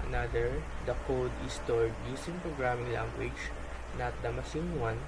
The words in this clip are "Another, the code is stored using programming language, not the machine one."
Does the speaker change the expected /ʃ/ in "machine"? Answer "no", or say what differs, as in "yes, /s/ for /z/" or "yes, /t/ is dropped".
yes, /s/ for /ʃ/